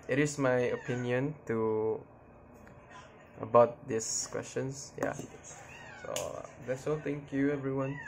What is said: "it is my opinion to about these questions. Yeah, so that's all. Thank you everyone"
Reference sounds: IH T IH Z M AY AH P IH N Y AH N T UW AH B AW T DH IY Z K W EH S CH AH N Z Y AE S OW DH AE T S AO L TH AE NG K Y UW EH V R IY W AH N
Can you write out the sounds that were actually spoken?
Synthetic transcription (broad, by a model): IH T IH S M AY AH P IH N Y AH N T UW AH B AW T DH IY S K W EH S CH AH N S Y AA S OW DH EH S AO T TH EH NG K Y UW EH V R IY W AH N